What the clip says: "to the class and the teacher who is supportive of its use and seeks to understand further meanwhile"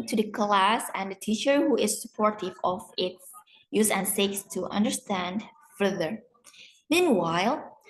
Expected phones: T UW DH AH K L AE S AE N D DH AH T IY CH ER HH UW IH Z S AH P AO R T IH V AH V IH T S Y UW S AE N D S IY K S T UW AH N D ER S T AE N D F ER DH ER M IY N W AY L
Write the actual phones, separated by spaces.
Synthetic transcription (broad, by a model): T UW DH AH K L AE S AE N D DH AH T IY CH ER HH UW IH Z S AH P AO R T IH V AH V IH T S Y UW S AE N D S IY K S T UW AH N D ER S T AE N D F ER DH ER M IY N W AY L